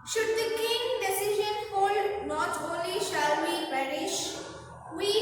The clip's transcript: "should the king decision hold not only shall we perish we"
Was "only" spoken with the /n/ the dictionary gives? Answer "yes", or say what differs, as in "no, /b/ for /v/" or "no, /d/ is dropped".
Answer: no, /n/ is dropped